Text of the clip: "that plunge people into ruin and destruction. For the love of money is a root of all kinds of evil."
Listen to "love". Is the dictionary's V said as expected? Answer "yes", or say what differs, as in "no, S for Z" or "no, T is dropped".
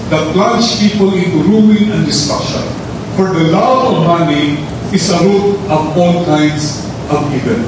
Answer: no, V is dropped